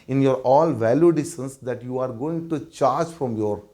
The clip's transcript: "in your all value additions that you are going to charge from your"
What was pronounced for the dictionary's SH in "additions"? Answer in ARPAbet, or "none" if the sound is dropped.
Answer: S